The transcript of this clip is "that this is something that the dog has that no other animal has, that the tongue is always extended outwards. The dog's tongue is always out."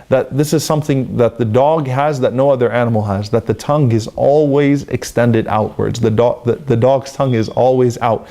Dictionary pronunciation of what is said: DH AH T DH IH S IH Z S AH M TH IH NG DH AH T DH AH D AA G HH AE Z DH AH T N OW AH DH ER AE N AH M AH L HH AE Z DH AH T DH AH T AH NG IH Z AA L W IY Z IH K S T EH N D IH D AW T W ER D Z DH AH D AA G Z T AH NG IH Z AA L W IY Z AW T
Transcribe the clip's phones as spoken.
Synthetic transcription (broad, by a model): DH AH T DH IH S IH Z S AH M TH IH NG DH AH T DH AH D AA G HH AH Z DH AH T N OW AH DH ER AE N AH M L HH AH Z DH AH T DH AH T AH NG IH Z AA L W IY Z IH K S T EH N D IH D AW T W ER D Z DH AH D AA G Z T AH NG IH Z AA L W IY Z AW T